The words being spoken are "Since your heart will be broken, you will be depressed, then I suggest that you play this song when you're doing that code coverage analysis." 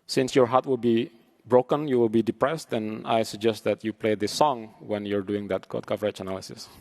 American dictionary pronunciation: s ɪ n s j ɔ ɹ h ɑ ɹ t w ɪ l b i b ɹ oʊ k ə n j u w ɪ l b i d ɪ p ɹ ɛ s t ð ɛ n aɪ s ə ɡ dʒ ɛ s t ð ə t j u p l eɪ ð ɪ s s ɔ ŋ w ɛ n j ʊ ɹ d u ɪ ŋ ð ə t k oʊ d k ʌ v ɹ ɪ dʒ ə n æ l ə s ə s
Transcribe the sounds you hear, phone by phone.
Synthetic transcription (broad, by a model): s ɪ n s j ɔ ɹ h ɑ ɹ t w ɪ l b i b ɹ oʊ k ə n j u w ɪ l b i d ɪ p ɹ ɛ s t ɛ n aɪ s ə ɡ dʒ ɛ s t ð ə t j u p l eɪ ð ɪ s s ɔ ŋ w ɛ n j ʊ ɹ d u ɪ ŋ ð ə t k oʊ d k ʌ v ɹ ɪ tʃ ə n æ l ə s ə s